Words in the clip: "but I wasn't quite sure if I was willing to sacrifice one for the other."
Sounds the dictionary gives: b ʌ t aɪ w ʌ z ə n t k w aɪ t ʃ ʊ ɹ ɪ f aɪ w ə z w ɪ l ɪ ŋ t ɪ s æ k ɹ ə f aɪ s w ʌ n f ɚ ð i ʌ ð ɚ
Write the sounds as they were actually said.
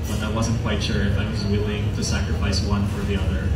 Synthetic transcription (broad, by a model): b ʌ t aɪ w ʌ z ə n k w aɪ t ʃ ʊ ɹ ɪ f aɪ w ə z w ɪ l ɪ ŋ t ɪ s æ k ɹ ə f aɪ s w ʌ n f ɚ ð i ʌ ð ɚ